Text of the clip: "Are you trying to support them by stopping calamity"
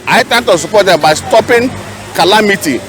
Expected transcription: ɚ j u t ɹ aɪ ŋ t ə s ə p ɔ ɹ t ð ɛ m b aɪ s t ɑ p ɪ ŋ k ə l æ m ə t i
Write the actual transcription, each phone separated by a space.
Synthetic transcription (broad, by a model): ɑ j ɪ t ɛ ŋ t ə s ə p ɔ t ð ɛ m b aɪ s t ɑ p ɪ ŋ k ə l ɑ m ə t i